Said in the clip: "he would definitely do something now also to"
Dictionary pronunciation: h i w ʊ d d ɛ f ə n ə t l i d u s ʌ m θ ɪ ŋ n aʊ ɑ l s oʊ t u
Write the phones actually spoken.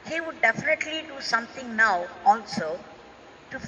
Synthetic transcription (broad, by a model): h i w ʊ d d ɛ f ə n ə t l i d u s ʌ m t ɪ ŋ n aʊ ɑ l s oʊ t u